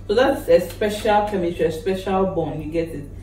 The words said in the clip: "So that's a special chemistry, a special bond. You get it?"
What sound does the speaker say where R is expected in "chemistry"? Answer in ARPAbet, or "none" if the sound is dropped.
none